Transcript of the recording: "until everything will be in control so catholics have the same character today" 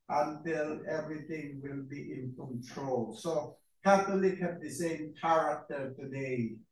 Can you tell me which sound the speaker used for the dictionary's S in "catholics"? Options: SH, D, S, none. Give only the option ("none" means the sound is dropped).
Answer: none